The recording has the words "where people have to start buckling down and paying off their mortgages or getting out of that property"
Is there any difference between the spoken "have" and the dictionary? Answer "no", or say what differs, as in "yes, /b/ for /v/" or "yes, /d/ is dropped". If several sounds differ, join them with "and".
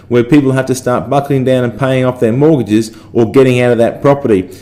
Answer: yes, /f/ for /v/